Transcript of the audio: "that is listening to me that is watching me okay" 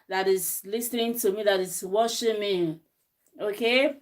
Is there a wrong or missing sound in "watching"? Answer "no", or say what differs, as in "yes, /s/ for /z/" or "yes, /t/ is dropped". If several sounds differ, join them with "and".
yes, /ʃ/ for /tʃ/